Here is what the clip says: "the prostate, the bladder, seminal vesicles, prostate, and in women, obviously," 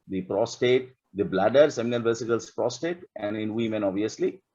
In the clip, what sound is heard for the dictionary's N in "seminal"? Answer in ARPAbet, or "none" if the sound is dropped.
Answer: L